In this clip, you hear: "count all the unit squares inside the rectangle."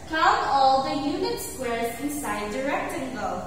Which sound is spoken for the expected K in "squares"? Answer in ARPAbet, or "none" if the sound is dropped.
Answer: K